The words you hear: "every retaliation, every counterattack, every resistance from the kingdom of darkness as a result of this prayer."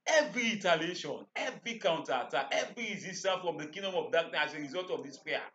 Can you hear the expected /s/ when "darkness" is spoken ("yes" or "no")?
no